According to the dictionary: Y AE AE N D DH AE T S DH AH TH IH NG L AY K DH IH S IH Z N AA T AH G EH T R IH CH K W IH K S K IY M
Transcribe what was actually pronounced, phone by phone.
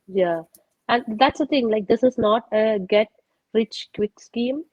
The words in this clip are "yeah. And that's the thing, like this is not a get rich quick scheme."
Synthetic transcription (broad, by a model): Y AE AE N D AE T S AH T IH NG L AY K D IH S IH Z N AA T AH G EH T R IH CH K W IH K S K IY M